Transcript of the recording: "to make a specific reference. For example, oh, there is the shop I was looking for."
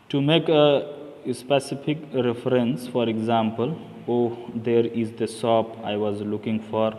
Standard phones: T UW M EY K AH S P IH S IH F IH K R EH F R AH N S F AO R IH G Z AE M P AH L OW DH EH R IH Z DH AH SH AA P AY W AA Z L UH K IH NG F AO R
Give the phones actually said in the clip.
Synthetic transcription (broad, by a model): T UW M EY K AH S P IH S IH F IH K R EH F R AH N S F AO R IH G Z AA M P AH L OW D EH R IH Z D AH S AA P AY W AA Z L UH K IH NG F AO R